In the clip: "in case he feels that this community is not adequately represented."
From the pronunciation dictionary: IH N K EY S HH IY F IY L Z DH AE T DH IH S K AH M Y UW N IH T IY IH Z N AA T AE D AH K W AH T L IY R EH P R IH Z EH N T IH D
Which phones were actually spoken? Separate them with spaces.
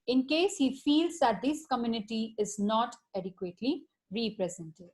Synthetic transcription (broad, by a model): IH N K EY S HH IY F IY L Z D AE T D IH S K AH M Y UW N IH T IY IH Z N AA T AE D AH K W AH T L IY R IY P R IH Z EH N T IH D